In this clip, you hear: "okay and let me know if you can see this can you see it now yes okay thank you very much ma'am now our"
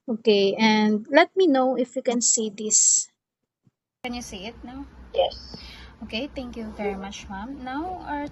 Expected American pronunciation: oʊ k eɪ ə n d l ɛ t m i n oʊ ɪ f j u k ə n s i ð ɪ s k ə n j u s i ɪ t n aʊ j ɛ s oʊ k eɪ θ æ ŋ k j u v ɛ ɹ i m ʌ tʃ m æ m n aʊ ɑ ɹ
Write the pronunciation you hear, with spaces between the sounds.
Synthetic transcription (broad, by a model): oʊ k eɪ ə n d l ɛ t m i n oʊ ɪ f j u k ə n s i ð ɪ s k ə n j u s i ɪ t n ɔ j ɛ s oʊ k eɪ t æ ŋ k j u v ɛ ɹ i m ʌ tʃ m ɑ m n aʊ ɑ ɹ